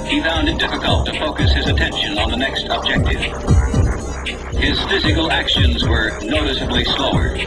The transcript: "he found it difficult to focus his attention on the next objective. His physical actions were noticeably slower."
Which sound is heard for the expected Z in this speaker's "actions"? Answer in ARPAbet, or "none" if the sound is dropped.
Z